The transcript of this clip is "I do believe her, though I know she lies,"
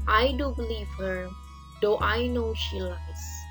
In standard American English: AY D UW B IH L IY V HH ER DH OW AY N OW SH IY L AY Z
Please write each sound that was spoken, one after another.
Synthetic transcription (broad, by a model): AY D UW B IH L IY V HH ER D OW AY N OW SH IY L AY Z